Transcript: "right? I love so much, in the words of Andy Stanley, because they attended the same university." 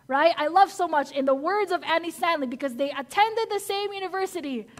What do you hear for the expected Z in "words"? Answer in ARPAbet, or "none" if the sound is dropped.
Z